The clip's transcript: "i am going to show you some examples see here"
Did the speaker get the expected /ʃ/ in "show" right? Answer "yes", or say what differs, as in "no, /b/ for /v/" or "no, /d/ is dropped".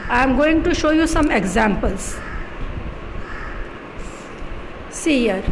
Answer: yes